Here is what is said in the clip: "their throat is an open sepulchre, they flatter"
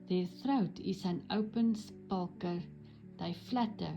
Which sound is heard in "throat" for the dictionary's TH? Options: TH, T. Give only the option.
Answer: TH